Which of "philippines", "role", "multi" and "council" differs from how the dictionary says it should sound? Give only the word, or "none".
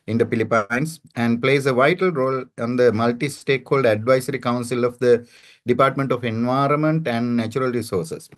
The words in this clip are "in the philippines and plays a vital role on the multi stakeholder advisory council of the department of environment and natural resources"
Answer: philippines